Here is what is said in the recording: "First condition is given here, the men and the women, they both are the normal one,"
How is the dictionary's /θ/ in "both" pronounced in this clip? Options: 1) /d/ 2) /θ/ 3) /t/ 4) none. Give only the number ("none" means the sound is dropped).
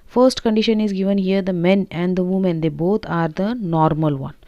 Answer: 3